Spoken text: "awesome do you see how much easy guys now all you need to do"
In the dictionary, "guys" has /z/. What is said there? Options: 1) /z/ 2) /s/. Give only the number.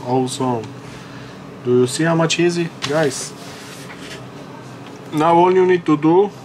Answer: 2